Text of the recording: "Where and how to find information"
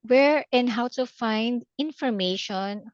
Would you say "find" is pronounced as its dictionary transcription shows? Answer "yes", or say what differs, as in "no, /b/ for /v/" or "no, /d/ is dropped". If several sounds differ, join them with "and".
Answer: yes